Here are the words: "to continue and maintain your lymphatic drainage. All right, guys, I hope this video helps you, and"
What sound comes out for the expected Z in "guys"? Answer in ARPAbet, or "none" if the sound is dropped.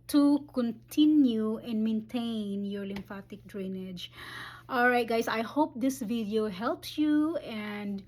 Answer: S